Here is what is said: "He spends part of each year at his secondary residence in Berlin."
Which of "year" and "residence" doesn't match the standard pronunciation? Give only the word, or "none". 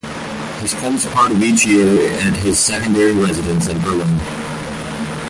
none